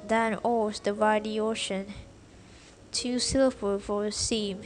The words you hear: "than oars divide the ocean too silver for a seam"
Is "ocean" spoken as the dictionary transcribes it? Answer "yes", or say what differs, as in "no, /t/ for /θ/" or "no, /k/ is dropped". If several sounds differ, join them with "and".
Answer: yes